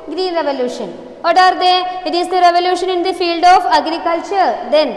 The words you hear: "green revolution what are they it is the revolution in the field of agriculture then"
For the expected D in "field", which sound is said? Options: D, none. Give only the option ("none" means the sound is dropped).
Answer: D